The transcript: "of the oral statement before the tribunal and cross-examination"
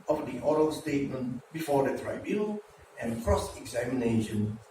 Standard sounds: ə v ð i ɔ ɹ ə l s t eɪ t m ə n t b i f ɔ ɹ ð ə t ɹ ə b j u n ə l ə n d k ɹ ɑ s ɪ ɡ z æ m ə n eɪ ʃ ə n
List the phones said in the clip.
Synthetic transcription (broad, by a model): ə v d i ɔ ɹ ə l s t eɪ t m ə n t b i f ɔ ɹ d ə t ɹ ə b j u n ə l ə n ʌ k ɹ ɑ s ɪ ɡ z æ m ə n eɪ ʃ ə n